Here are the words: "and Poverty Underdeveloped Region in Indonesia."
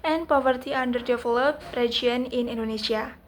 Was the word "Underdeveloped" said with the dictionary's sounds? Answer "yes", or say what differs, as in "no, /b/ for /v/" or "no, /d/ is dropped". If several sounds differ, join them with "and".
no, /f/ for /v/